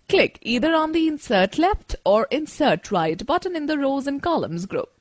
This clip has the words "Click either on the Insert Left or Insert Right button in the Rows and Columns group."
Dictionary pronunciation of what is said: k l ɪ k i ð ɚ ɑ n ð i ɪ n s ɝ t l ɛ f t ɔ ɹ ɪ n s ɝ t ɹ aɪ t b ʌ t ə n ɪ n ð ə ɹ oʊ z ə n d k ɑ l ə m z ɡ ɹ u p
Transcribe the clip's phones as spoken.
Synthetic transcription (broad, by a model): k l ɪ k i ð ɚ ɑ n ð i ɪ n s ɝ t l ɛ f t ɔ ɹ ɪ n s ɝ t ɹ aɪ t b ʌ t ə n ɪ n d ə ɹ oʊ z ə n k ɑ l ə m z ɡ ɹ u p